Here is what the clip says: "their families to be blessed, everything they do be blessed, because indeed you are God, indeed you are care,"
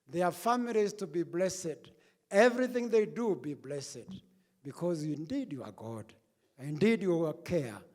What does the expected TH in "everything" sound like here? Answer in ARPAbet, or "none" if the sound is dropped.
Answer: TH